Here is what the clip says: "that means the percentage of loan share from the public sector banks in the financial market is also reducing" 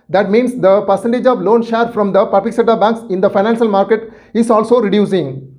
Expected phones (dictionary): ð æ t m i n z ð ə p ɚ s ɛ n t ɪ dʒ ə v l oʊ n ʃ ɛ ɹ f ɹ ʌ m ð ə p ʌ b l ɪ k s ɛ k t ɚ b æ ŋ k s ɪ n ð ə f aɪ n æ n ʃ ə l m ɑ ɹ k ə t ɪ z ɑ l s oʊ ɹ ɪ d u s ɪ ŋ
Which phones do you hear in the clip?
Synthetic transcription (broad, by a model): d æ t m i n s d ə p ɚ s ɛ n t ɪ dʒ ə v l oʊ n ʃ ɛ ɹ f ɹ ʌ m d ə p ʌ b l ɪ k s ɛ t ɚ b æ ŋ k s ɪ n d ə f aɪ n æ n ʃ ə l m ɑ ɹ k ə t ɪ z ɑ l s oʊ ɹ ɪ d u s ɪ ŋ